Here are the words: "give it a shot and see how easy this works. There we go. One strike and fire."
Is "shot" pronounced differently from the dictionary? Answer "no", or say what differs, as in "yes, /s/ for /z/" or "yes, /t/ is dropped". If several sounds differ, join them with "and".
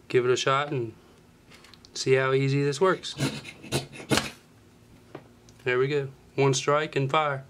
no